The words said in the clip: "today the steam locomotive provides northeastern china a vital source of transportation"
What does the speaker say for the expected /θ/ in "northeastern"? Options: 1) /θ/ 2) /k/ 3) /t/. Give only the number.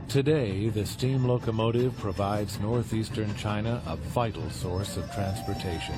1